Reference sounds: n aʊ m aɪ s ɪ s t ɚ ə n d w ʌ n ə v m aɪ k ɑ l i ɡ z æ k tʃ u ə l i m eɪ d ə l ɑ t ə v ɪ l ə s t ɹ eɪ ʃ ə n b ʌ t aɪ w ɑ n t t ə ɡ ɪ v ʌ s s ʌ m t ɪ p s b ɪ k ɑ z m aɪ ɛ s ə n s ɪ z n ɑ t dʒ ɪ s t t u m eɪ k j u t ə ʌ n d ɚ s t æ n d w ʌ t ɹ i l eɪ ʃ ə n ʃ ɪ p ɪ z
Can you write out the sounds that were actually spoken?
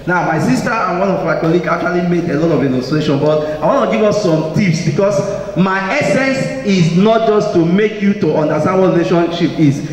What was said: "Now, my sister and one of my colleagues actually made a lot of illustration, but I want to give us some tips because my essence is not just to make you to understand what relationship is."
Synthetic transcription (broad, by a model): n aʊ m aɪ s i s t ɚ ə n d w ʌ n ə v m aɪ k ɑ l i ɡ ɑ k tʃ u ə l i m eɪ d ə l ɑ t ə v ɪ n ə s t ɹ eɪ ʃ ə n b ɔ t aɪ w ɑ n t t ə ɡ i v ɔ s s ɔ m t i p s b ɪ k ɑ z m aɪ ɛ s ə n s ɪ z n ɑ t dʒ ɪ s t t u m eɪ k j u t ə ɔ n d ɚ s t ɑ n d w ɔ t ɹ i l eɪ ʃ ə n ʃ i p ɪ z